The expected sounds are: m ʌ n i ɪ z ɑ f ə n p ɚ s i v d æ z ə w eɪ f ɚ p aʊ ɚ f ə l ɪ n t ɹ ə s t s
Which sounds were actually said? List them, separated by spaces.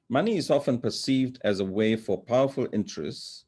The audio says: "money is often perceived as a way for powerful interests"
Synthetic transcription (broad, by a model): m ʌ n i ɪ z ɑ f ə n p ɚ s i v d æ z ə w eɪ f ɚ p aʊ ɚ f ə l ɪ n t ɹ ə s t s